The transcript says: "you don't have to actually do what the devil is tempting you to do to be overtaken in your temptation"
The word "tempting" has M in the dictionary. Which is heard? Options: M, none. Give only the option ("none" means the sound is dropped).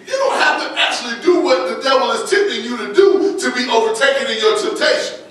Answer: none